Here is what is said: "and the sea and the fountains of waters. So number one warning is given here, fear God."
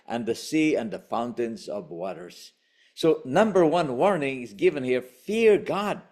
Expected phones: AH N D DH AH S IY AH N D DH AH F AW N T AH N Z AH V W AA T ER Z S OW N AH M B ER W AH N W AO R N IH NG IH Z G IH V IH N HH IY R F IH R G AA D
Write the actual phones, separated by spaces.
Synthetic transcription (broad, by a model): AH N DH AH S IY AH N DH AH F AW N T AH N Z AH V W AA T ER Z S OW N AH M B ER W AH N W AO R N IH NG IH Z G IH V IH N HH IY R F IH R G AA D